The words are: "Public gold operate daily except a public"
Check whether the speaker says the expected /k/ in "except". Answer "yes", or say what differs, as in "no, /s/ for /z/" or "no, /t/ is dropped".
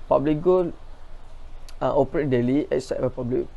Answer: no, /k/ is dropped